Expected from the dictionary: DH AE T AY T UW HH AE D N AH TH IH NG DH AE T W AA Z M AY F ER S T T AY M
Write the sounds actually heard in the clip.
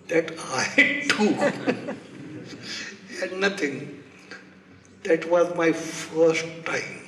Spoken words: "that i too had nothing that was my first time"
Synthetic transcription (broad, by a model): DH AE T AY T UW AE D N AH T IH NG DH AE T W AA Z M AY F ER S T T AY M